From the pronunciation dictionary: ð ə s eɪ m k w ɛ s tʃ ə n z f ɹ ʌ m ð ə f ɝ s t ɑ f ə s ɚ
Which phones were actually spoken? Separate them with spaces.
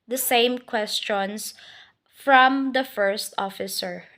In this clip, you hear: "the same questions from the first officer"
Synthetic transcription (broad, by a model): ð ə s eɪ m k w ɛ s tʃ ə n s f ɹ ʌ m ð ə f ɝ s t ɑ f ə s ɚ